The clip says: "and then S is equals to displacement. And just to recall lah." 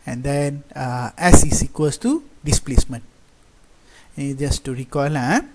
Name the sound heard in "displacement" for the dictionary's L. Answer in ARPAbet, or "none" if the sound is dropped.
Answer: L